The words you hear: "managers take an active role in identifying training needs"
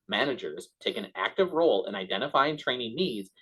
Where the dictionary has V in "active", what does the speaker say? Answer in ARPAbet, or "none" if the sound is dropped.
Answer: V